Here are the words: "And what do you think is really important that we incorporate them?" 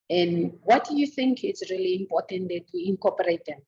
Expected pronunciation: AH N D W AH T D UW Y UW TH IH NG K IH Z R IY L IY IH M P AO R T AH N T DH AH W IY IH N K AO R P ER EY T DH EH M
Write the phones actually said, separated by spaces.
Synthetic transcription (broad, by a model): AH N D W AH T D UW Y UW TH IH NG K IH S R IY L IY M P AO T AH N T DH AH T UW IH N K AO P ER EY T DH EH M